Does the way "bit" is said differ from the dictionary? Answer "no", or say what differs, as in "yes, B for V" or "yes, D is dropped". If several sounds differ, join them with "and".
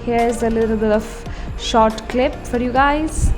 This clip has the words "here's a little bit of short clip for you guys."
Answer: yes, T is dropped